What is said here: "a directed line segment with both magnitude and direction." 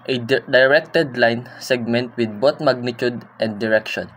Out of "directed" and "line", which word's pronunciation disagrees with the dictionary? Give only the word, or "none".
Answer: none